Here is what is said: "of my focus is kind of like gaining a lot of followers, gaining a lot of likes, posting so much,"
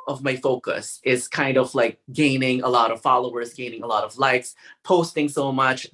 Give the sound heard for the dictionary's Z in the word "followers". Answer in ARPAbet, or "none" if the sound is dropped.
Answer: Z